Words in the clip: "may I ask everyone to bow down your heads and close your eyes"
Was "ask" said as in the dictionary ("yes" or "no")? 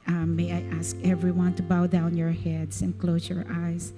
yes